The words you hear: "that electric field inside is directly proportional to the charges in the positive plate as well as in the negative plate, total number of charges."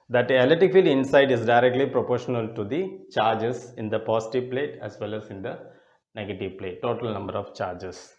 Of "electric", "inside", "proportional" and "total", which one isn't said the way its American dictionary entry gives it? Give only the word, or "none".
electric